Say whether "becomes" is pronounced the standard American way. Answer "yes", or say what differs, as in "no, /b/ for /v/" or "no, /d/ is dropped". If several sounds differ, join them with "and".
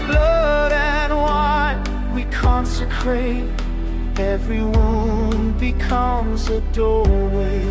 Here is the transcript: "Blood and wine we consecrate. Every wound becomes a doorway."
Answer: yes